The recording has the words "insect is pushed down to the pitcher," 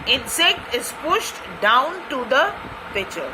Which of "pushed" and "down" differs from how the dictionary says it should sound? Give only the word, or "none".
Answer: none